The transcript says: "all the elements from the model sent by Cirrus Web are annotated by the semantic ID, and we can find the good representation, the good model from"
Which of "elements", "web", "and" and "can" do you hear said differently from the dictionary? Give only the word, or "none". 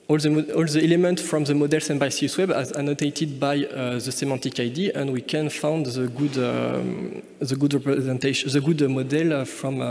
elements